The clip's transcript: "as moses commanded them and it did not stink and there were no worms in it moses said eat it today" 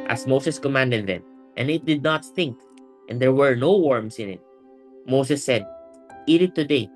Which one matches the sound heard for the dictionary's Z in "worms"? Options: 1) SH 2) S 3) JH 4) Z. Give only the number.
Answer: 2